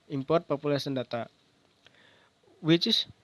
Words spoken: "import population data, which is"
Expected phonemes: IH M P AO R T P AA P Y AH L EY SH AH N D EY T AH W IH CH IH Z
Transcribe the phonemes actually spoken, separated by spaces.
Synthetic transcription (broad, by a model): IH M P AO R T P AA P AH L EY S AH N D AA T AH W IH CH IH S